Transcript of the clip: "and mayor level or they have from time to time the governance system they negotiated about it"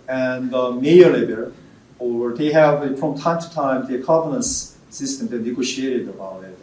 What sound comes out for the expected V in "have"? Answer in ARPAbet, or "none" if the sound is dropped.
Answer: V